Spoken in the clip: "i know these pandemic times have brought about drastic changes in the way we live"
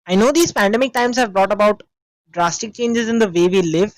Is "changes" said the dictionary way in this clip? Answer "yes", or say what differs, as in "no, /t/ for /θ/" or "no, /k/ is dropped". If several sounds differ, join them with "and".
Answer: yes